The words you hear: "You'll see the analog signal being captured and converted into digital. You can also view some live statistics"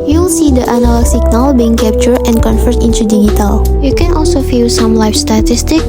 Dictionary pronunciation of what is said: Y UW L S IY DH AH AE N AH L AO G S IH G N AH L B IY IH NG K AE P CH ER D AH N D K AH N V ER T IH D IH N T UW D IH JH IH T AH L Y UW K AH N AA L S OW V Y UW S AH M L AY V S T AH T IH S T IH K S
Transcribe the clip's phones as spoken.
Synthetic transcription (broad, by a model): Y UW L S IY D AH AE N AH L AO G S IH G N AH L B IY IH NG K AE P CH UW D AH N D K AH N F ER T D IH N T UW D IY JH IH T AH L Y UW K AH N AA L S OW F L S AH M L AY F S T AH T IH S T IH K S